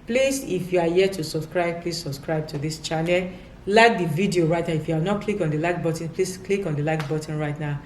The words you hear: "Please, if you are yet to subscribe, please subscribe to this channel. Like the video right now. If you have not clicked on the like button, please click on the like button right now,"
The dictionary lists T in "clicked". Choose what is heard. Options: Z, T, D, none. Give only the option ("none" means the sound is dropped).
none